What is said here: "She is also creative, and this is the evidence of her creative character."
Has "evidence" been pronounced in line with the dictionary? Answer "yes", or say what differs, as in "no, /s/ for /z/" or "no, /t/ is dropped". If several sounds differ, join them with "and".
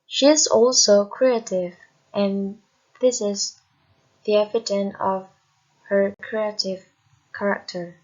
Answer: no, /s/ is dropped